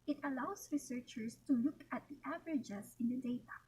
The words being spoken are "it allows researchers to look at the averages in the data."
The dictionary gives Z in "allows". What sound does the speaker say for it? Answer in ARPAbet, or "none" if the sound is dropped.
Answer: S